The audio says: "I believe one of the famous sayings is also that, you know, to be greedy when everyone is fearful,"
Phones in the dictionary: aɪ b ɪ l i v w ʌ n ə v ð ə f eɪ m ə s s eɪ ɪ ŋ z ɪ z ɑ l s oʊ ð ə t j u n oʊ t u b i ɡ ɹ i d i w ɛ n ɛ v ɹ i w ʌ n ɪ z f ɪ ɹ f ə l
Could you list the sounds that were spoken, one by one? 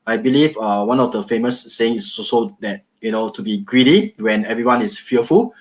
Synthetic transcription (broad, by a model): aɪ b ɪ l i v w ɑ n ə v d ə f eɪ m ə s s eɪ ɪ ŋ ɪ s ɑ s oʊ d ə t j u n oʊ t u b i ɡ ɹ i d i w ɛ n ɛ v ɹ i w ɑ n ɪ s f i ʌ f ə l